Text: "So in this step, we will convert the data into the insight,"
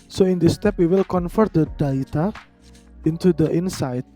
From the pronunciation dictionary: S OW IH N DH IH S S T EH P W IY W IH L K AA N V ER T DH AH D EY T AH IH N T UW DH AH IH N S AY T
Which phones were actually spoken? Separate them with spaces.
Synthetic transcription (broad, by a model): S OW IH N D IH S S T EH P W IY W IH L K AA N F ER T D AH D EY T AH IH N T UW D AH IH N S AY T